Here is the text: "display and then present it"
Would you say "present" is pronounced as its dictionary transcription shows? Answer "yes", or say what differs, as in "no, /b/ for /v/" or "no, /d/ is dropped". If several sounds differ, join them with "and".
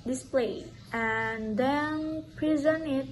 no, /t/ is dropped